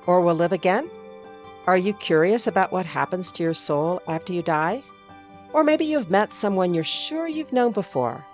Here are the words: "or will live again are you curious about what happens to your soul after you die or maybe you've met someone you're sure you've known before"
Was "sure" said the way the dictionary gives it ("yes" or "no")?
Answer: yes